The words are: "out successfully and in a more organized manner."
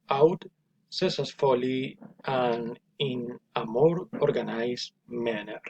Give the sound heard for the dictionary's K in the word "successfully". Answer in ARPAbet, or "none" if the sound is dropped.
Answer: none